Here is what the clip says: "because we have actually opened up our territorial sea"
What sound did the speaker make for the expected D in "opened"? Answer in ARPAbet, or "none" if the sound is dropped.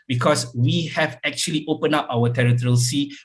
none